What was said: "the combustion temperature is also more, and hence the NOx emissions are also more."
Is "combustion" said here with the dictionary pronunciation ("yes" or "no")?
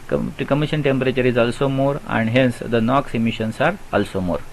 no